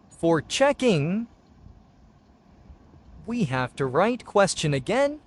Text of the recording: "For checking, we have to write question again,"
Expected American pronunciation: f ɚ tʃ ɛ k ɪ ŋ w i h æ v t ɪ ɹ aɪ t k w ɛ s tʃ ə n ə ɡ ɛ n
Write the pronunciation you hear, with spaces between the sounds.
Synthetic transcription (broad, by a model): f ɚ tʃ ɛ k ɪ ŋ w i h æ f t ɪ ɹ aɪ t k w ɛ s tʃ ə n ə ɡ ɛ n